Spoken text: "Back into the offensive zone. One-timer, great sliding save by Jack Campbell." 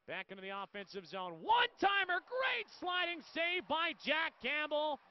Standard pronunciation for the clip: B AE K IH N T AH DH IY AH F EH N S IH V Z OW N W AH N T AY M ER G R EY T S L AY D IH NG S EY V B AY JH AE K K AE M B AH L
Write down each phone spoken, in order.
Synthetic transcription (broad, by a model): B AE K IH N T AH DH IY AH F EH N S IH V Z OW N W AH N T AY M ER G R EY T S L AY D IH NG S EY V B AY JH AE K K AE M B L